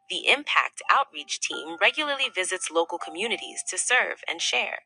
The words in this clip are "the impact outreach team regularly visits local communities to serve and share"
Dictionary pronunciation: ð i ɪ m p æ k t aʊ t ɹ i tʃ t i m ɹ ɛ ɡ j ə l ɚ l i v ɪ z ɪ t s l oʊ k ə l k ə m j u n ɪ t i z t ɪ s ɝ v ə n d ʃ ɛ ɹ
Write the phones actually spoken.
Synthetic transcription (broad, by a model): ð i ɪ m p æ k t aʊ t ɹ i tʃ t i m ɹ ɛ ɡ j l ɚ l i v ɪ z ɪ t s l oʊ k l k ə m j u n ɪ t i z t ɪ s ɝ v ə n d ʃ ɛ ɹ